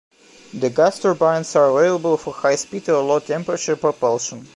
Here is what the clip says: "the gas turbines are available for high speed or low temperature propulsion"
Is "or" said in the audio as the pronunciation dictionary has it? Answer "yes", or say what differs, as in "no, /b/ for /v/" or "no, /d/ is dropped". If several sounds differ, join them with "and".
no, /l/ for /ɹ/